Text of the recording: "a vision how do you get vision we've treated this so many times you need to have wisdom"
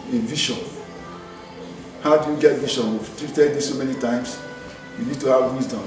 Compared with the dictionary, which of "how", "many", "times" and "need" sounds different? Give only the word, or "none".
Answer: times